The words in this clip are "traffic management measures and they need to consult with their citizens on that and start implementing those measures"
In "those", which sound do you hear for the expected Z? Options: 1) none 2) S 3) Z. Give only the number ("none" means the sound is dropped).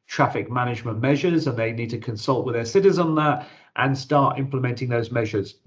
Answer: 3